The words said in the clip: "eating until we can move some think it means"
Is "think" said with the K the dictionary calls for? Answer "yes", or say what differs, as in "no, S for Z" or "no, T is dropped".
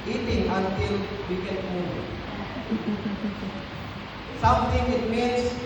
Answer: no, K is dropped